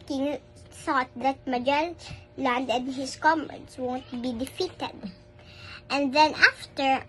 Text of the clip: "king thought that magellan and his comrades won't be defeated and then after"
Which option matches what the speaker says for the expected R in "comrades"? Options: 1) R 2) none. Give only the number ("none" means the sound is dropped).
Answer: 2